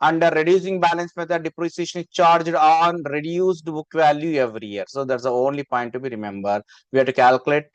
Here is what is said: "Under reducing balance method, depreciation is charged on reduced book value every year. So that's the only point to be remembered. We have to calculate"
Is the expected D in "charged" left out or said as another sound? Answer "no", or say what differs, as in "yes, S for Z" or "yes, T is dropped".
no